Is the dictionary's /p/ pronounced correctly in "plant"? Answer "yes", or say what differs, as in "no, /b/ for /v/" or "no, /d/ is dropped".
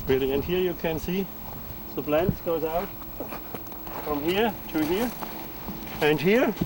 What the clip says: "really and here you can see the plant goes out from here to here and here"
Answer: no, /b/ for /p/